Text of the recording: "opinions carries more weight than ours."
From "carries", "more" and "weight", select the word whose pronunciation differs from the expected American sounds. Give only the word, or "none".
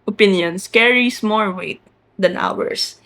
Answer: carries